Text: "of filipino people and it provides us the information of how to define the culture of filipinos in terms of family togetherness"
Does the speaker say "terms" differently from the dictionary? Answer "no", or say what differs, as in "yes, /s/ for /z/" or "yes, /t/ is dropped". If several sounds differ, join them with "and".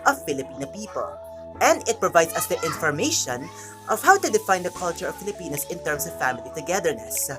yes, /s/ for /z/